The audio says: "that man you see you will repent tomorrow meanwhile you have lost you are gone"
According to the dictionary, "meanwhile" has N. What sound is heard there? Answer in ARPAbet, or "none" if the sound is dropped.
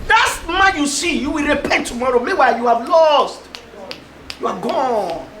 none